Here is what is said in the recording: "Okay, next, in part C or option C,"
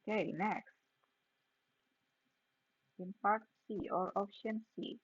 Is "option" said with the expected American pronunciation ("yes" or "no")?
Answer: no